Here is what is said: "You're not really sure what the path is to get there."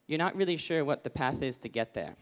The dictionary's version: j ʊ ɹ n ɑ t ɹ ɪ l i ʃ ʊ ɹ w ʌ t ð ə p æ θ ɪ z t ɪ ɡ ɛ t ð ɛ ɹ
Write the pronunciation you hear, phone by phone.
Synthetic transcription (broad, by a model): j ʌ ɹ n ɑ t ɹ ɪ l i ʃ ʊ ɹ w ʌ t ð ə p æ θ ɪ z t ɪ ɡ ɛ t ð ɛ ɹ